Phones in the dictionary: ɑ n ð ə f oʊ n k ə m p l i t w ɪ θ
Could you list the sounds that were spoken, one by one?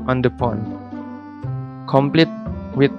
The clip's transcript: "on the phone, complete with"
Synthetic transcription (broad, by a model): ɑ n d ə p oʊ n k ə m p l i t w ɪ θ